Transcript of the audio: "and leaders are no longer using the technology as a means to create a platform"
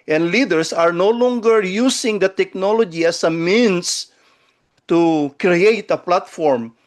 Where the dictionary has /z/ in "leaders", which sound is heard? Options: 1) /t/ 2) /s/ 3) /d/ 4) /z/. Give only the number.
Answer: 2